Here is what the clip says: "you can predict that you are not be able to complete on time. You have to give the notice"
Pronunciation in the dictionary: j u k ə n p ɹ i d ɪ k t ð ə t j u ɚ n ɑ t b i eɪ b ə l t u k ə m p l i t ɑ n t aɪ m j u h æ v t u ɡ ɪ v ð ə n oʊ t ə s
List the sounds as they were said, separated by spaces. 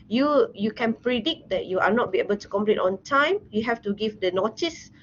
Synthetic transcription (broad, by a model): j u k ə n p ɹ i d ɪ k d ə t j u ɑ n ɑ t b i eɪ b ə l t u k ə m p l i t ɑ n t aɪ m j u h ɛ f t u ɡ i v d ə n oʊ t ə s